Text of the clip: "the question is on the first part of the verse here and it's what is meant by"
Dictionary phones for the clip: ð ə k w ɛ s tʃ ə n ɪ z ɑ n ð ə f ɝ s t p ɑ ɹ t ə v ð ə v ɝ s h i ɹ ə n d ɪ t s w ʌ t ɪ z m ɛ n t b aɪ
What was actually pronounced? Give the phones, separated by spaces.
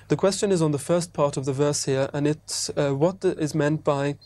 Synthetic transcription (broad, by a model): ð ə k w ɛ s tʃ ə n ɪ z n ð ə f ɝ s p ɑ ɹ t ə v ð ə v ɝ s h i ɹ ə n ɪ t s w ʌ t ɪ z m ɛ n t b aɪ